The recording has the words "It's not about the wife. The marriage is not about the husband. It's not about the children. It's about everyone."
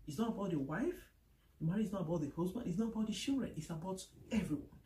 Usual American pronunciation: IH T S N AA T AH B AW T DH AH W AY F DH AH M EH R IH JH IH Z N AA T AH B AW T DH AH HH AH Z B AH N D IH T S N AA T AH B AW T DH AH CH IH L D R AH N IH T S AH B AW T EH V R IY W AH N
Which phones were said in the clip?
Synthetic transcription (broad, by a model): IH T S N AA T AH B AW T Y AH W AY F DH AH M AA R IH IH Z N AA T AH B AW T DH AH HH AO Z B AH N IH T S N AA T AH B AW T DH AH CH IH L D R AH N IH T S AH B AW T EH V R IY W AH N